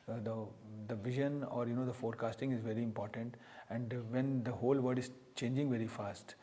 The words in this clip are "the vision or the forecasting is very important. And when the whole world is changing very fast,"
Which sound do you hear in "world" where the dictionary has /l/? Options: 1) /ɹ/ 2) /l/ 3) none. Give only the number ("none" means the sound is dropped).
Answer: 3